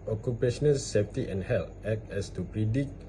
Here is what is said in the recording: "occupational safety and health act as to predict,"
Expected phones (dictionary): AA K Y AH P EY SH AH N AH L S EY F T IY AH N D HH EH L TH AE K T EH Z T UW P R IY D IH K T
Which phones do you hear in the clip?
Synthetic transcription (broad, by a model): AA K Y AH P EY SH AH N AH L S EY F T IY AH N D HH EH L T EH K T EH S T UW P R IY D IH K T